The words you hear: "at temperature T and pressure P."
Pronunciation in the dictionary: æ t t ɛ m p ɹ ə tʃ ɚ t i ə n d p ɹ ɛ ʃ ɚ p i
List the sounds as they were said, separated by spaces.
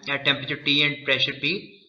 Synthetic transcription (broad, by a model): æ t t ɛ m p ɹ ə tʃ ɚ t i ə n d p ɹ ɛ ʃ ɚ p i